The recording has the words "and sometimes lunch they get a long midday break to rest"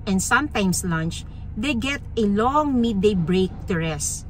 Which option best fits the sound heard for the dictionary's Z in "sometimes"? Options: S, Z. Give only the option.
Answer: S